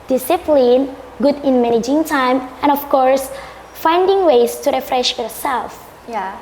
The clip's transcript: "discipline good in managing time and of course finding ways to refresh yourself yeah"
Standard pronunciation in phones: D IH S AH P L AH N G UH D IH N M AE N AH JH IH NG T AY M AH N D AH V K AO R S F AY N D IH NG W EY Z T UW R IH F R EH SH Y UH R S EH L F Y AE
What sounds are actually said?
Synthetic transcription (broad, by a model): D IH S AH P L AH N G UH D IH N M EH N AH JH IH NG T AY M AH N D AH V K AO R S F AY N D IH NG W EY S T UW R IH F R EH SH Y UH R S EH L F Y